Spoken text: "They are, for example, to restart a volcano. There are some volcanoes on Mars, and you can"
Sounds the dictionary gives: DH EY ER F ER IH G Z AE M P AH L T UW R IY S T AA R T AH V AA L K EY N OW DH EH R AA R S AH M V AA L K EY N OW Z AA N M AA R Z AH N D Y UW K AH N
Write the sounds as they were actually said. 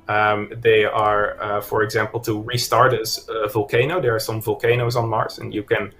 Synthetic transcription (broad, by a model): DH EY ER F ER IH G Z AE M P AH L T UW R IY S T AA R T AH V AA L K EY N OW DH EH R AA R S AH M V AA L K EY N OW Z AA N M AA R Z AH N Y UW K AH N